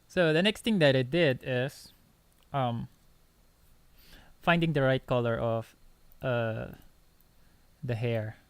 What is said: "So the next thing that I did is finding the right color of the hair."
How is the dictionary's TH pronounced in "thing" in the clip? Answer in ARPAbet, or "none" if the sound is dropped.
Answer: T